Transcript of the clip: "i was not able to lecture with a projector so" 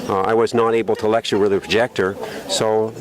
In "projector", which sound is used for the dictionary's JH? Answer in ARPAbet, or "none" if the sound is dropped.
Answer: JH